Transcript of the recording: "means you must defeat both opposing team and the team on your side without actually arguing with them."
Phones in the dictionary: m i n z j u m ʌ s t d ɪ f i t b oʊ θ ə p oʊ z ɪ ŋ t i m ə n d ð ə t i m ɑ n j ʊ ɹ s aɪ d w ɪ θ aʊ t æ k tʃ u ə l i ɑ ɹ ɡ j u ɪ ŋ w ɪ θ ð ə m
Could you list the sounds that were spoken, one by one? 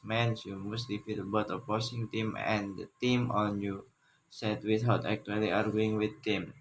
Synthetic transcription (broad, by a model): m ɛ n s j u m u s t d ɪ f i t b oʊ t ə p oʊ s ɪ ŋ t i m ə n d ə t i m ɑ n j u s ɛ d w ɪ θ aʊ t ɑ k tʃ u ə l i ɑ ɹ ɡ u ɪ ŋ w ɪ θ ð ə m